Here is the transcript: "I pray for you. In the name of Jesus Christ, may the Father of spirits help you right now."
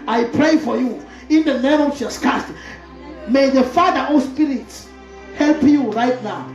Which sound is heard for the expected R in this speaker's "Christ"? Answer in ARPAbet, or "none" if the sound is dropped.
none